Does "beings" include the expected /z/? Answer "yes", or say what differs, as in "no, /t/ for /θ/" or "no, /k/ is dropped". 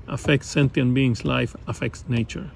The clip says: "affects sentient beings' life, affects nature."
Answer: no, /s/ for /z/